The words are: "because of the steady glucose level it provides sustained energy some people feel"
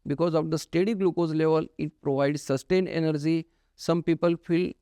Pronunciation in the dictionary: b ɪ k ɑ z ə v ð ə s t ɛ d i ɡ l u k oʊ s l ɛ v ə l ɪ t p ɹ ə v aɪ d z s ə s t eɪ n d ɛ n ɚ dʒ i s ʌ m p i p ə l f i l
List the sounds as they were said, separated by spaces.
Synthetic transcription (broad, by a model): b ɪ k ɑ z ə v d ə s t ɛ d i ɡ l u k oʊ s l ɛ v ə l ɪ t p ɹ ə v aɪ d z s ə s t eɪ n ɛ n ɚ dʒ i s ʌ m p i p ə l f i l